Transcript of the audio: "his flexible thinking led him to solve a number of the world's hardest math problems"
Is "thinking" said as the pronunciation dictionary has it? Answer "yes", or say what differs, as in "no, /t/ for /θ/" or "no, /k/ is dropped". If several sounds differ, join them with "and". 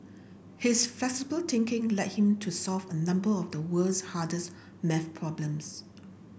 no, /t/ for /θ/